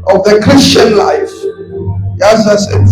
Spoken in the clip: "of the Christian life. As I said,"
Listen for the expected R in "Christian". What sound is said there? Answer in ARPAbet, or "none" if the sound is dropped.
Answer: R